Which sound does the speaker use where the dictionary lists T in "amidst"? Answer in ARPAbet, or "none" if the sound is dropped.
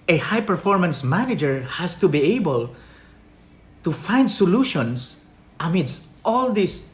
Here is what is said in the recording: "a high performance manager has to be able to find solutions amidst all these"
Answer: T